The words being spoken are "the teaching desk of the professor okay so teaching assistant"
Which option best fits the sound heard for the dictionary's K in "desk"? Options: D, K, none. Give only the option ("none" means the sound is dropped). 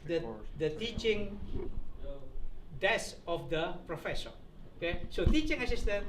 none